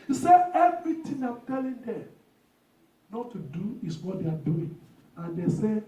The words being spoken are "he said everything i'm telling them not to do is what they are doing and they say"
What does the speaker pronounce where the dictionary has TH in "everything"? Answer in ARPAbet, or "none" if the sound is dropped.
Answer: T